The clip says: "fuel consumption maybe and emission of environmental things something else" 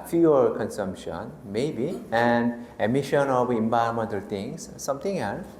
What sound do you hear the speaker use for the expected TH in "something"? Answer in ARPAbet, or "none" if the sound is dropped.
T